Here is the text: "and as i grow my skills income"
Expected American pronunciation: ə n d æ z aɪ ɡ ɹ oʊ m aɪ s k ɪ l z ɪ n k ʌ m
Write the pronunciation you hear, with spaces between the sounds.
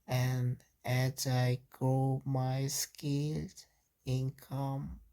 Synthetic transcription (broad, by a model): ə n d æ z aɪ ɡ ɹ oʊ m aɪ s k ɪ l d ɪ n k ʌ m